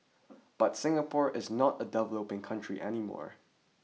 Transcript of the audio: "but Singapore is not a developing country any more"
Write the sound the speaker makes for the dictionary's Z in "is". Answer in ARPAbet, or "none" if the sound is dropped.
Z